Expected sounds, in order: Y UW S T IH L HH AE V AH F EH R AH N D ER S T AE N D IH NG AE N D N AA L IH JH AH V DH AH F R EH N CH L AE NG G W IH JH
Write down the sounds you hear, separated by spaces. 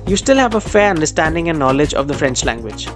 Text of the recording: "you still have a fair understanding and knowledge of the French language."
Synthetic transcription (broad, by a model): Y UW S T IH L HH AE V AH F EH R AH N D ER S T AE N D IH NG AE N N AA L IH JH AH V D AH F R EH N CH L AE NG G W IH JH